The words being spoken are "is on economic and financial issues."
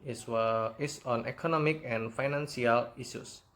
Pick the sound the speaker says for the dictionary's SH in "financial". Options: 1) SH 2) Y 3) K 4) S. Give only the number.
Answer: 4